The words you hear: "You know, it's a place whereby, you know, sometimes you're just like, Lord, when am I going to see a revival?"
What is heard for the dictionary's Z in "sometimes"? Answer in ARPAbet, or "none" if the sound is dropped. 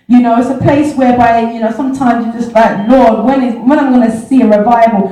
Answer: Z